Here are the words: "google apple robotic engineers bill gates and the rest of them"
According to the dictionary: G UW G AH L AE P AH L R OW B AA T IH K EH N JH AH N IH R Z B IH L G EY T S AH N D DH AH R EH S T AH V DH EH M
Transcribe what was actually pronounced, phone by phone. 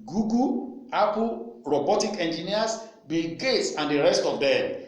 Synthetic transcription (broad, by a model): G UW G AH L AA P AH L R OW B AA T IH K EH N JH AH N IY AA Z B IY G EY T S AH N D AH R EH S T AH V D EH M